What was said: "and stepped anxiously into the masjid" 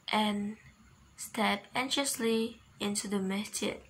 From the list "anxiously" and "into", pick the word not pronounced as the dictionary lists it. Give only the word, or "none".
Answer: anxiously